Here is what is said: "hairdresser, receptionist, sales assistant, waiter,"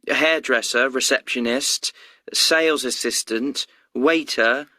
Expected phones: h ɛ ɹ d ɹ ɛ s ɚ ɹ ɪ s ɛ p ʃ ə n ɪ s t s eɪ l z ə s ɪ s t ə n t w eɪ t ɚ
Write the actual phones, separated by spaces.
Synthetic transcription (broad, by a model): h ɛ d ɹ ɛ s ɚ ɹ ɪ s ɛ p ʃ ə n ɪ s t s eɪ l z ə s ɪ s t ə n t w eɪ t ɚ